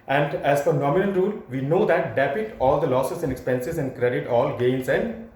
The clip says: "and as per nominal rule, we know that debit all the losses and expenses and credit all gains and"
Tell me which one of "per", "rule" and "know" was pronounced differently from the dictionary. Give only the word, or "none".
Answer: per